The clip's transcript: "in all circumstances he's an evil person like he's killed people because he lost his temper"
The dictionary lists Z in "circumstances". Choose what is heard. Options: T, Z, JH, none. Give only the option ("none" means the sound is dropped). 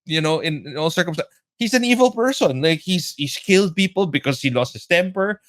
none